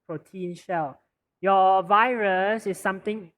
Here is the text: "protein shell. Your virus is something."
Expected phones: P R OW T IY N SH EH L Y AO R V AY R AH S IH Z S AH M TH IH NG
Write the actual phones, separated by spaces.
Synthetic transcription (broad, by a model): P R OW T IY N SH EH L Y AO V AY R AH S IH S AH M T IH NG